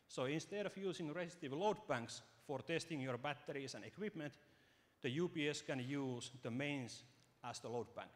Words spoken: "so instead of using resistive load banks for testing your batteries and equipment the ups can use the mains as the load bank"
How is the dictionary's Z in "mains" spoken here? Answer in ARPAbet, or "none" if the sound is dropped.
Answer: S